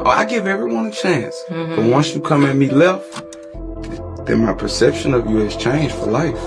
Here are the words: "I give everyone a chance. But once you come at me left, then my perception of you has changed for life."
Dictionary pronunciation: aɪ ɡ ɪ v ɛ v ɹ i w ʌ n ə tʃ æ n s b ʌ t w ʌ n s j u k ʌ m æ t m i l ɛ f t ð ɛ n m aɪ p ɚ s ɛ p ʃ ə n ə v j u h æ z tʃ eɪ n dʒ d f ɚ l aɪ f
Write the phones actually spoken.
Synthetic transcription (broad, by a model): aɪ ɡ ɪ v ɛ v ɹ i w ʌ n ə tʃ æ n s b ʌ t w ʌ n s j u k ʌ m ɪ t m i l ɛ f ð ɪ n m aɪ p ɚ s ɛ p ʃ ə n ə v j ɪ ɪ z tʃ eɪ n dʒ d f ɚ l aɪ f